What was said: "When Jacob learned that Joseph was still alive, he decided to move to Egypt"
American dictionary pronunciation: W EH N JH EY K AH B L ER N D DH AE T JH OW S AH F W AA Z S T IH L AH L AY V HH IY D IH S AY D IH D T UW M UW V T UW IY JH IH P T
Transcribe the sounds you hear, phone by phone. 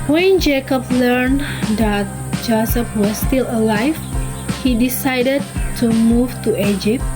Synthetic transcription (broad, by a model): W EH N JH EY K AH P L ER N D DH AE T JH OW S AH P W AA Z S T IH L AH L AY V HH IY D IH S AY D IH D T UW M UW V T UW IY JH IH P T